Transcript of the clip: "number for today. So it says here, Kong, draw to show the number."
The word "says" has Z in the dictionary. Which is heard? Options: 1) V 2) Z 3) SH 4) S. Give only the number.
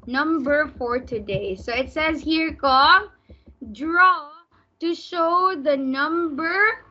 2